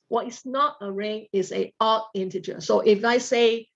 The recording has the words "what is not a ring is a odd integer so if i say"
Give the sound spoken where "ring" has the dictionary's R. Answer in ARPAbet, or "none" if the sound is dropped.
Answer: R